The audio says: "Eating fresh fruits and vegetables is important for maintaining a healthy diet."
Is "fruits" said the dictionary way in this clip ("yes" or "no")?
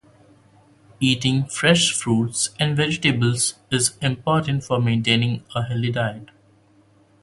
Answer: yes